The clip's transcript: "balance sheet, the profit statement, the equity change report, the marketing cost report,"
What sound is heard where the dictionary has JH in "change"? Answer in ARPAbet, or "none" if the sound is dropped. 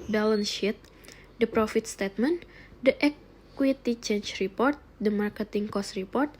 CH